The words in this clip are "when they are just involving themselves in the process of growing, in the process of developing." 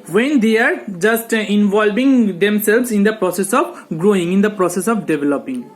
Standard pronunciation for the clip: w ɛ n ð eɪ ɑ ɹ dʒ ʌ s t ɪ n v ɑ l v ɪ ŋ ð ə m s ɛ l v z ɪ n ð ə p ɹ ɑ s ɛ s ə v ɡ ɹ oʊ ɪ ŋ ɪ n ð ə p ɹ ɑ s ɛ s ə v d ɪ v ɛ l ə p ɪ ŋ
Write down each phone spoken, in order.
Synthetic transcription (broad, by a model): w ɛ n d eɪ ɑ ɹ dʒ ʌ s t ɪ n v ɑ l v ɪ ŋ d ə m s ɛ l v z ɪ n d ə p ɹ ɑ s ɛ s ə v ɡ ɹ oʊ ɪ ŋ ɪ n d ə p ɹ ɑ s ɛ s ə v d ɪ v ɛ l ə p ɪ ŋ